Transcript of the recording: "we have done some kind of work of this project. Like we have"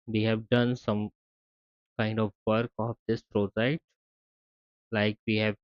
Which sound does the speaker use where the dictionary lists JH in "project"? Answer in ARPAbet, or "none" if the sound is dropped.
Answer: Z